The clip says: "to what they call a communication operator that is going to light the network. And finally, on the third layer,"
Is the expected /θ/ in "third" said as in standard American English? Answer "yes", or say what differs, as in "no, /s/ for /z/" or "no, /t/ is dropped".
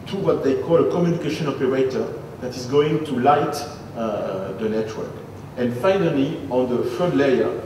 no, /f/ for /θ/